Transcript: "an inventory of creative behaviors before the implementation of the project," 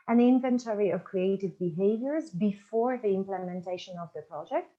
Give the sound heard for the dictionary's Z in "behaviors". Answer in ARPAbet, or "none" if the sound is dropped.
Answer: Z